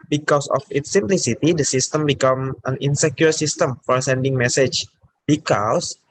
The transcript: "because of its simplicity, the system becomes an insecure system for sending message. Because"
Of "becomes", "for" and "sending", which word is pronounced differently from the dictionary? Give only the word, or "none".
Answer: becomes